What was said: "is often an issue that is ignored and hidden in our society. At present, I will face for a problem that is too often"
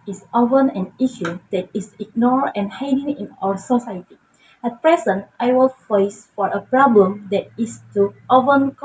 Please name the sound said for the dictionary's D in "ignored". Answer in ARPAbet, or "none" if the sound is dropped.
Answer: none